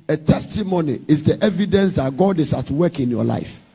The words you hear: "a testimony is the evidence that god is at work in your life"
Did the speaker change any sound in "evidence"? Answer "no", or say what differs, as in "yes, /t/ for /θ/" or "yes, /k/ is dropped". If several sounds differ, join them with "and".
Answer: no